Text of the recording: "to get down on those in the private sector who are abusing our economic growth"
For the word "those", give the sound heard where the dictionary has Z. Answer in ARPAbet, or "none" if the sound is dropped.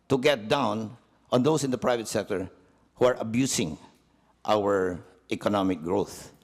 S